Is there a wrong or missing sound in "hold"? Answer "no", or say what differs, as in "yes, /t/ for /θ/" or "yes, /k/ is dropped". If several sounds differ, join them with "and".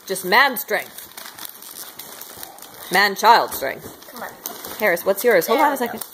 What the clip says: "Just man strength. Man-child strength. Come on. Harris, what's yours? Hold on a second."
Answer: yes, /d/ is dropped